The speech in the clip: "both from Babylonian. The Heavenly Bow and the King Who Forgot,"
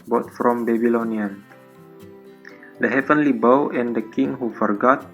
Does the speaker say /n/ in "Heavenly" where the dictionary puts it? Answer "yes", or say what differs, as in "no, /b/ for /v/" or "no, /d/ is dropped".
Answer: yes